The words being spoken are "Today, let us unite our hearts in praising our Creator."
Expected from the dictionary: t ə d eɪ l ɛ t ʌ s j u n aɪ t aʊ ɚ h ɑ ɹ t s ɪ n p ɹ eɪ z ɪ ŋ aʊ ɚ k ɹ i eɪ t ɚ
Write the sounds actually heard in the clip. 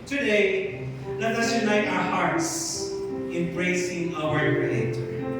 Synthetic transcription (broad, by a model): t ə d eɪ l ɛ t ʌ s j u n aɪ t aʊ ɚ h ɑ ɹ t s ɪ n b ɹ eɪ s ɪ ŋ aʊ ɚ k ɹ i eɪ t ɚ